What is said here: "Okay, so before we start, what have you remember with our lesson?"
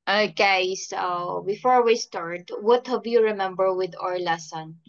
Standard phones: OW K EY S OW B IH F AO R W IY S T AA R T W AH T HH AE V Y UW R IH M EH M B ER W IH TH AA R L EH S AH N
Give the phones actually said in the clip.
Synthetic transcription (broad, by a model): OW K EY S OW B IH F AO R W IY S T AA R T W AH T HH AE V Y UW R IH M EH M B ER W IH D AA R L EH S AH N